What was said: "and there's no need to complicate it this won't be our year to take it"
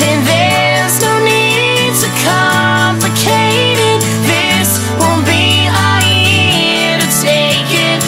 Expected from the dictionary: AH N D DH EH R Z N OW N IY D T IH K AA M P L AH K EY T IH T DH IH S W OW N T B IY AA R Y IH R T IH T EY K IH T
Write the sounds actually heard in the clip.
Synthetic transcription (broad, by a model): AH N DH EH Z N OW N IY D T IH K AA M P L AH K EY T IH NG DH IH S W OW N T B IY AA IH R T IH T EY K IH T